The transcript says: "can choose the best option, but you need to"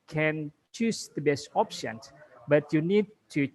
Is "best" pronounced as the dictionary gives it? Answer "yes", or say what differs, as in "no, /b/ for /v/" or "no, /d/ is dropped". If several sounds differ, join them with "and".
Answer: yes